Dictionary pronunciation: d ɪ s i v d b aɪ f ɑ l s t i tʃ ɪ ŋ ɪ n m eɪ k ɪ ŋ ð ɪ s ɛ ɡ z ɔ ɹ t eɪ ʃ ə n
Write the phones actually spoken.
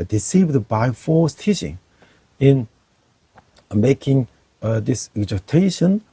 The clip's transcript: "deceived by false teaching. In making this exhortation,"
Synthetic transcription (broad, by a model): d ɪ s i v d b aɪ f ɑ s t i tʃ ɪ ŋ ɪ n m eɪ k ɪ ŋ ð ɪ s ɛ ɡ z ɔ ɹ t eɪ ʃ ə n